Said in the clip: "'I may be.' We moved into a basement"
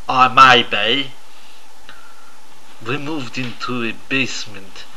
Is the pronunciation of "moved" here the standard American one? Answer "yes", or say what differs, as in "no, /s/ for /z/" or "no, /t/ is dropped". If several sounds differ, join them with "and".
yes